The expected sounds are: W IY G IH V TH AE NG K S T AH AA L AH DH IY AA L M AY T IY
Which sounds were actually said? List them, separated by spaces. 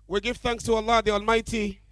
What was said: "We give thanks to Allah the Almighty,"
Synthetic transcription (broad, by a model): W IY G IH V TH AE NG K S T AH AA L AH DH IY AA L M AY T IY